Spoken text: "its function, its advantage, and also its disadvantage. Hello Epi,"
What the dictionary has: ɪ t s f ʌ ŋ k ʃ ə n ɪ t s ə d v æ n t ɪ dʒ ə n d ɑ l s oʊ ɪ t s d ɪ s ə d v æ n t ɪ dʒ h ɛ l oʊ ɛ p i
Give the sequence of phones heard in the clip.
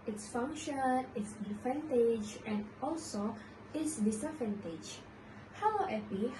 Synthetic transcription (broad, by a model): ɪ t s f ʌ ŋ k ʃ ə n ɪ t s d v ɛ n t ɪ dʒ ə n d ɑ l s oʊ ɪ t s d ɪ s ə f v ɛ n t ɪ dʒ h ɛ w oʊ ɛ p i